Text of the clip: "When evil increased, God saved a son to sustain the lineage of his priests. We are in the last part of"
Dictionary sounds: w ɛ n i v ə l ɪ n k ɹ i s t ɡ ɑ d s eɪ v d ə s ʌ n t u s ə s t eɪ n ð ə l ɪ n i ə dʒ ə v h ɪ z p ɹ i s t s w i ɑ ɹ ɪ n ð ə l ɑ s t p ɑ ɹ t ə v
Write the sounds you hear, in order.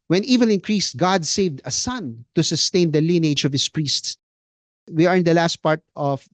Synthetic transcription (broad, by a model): w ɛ n i v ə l ɪ n k ɹ i s t ɡ ɑ d s eɪ v d ə s ʌ n t u s ə s t eɪ n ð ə l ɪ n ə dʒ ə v h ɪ s p ɹ i s t s w i ɑ ɹ ɪ n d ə l ɑ s t p ɑ ɹ t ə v